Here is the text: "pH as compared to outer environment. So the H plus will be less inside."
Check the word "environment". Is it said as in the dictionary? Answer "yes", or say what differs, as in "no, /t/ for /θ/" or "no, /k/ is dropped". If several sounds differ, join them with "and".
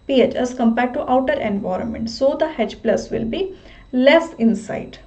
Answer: yes